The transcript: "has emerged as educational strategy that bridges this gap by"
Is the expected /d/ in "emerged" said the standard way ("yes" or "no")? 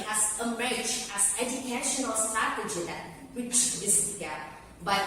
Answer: no